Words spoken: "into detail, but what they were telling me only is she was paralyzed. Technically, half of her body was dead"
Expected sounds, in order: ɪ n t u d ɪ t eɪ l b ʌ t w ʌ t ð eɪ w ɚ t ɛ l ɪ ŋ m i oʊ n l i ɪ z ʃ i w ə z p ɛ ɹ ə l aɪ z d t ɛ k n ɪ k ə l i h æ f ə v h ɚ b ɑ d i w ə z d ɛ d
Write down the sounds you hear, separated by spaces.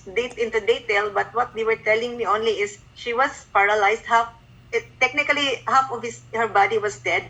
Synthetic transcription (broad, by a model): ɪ n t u d ɪ t eɪ l b ʌ t w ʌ t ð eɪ w ɚ t ɛ l ɪ ŋ m i oʊ n l i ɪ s ʃ i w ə s p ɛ ɹ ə l aɪ s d t ɛ k n ɪ k ə l i h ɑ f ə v h ɚ b ɑ d i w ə s d ɛ d